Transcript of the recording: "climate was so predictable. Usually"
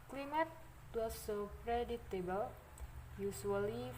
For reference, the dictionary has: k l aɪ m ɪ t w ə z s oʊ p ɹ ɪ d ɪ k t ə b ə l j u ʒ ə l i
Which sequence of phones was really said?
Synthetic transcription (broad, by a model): k l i m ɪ t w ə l s oʊ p ɹ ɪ d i t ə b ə l j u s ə l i